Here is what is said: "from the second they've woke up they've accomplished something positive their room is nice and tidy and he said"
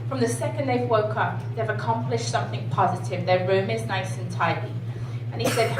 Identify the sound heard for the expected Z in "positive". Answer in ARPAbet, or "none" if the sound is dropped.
Z